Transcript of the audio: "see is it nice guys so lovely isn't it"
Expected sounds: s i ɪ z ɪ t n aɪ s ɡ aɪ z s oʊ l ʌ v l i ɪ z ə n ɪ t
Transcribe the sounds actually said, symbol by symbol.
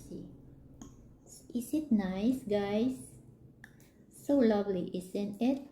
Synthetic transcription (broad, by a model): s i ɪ s ɪ t n aɪ s ɡ aɪ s s oʊ l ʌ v l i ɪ s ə n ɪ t